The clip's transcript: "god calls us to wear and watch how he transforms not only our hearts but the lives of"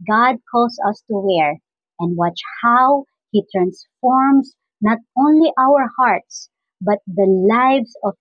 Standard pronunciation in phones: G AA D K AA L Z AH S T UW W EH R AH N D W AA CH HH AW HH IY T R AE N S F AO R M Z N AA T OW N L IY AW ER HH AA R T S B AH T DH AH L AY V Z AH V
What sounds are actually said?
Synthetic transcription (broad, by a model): G AA D K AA L S AH S T UW W EH R AH N D W AA CH HH AW HH IY T R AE N S F AO R M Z N AA T OW N L IY AW ER HH AA R T S B AH T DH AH L AY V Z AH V